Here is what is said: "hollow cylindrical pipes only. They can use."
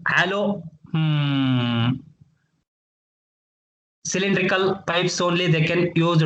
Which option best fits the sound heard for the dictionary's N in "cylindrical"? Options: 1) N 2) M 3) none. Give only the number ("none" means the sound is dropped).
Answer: 1